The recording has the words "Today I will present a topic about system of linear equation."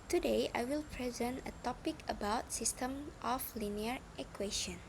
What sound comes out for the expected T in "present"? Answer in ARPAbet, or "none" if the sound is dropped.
T